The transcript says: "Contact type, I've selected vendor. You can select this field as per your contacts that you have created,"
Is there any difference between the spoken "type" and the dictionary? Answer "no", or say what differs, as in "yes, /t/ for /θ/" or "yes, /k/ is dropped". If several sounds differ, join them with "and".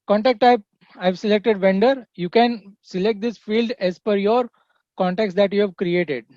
yes, /p/ is dropped